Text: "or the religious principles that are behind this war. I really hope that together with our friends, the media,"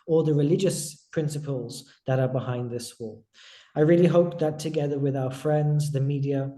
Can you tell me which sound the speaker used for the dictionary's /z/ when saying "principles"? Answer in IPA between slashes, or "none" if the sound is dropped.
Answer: /z/